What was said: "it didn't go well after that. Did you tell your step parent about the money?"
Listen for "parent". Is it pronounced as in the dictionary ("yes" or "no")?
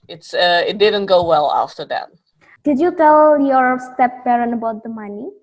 no